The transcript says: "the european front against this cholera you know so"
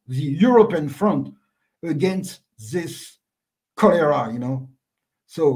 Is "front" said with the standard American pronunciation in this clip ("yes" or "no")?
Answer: yes